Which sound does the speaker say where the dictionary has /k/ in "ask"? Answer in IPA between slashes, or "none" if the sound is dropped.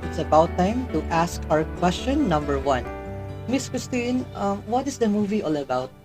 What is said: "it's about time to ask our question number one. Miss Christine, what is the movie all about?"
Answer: /k/